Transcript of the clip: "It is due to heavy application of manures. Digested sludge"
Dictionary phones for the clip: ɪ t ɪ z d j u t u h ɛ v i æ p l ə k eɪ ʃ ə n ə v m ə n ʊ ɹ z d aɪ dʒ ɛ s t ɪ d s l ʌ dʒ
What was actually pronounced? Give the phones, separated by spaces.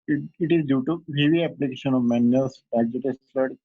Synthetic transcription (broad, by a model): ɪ t ɪ z d j u t u h ɛ v i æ p l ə k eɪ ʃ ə n ə v m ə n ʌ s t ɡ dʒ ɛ t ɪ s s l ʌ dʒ